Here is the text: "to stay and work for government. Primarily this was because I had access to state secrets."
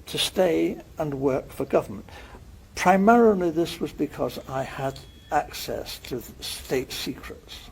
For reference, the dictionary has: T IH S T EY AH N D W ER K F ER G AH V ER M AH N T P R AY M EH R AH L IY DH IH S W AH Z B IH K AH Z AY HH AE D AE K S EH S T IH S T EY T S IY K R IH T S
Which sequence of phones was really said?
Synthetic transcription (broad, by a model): T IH S T EY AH N W ER K F ER G AH V ER M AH N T P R AY M EH R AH L IY DH IH S W AH Z B IH K AH Z AY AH D AE K S EH S T IH S T EY T S IY K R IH T S